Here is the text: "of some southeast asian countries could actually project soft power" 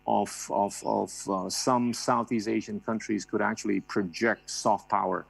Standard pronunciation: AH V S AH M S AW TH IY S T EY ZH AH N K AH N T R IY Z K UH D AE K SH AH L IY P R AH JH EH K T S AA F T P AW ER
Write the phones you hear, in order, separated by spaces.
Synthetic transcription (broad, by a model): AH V S AH M S AW TH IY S EY ZH AH N K AH N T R IY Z K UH D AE K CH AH L IY P R AH JH EH K T S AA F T P AW ER